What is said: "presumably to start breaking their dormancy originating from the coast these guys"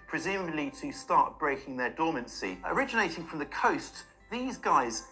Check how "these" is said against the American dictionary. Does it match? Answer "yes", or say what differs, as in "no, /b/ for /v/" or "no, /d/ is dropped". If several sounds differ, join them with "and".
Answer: yes